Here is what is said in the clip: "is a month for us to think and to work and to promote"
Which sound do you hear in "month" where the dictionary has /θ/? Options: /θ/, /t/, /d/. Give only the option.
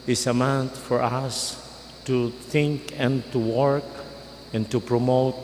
/t/